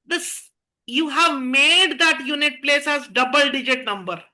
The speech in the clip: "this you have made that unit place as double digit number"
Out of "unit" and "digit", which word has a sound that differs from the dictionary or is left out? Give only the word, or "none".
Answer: none